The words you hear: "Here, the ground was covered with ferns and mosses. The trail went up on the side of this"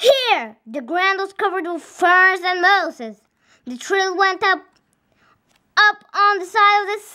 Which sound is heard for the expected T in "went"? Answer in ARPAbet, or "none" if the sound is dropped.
T